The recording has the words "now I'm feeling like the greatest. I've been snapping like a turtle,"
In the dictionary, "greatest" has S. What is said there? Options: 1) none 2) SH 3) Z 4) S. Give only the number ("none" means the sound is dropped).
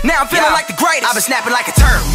1